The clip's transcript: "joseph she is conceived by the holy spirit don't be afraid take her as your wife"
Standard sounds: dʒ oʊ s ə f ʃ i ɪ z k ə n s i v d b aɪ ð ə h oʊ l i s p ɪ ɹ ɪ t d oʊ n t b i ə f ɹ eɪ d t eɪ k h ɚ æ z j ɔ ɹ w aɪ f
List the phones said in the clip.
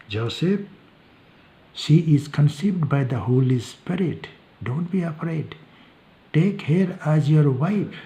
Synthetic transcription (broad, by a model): dʒ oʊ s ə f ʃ i ɪ z k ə n s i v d b aɪ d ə h oʊ l i s p ɪ ɹ ɪ t d oʊ n t b i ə p ɹ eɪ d t eɪ k h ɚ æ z j ɔ ɹ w aɪ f